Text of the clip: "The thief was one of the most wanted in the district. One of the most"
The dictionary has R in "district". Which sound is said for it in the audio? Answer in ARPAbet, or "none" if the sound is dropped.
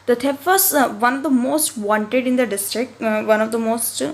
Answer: R